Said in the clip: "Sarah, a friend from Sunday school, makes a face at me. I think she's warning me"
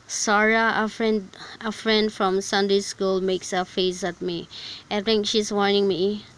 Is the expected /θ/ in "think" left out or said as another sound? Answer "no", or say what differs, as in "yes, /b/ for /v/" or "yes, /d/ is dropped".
yes, /t/ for /θ/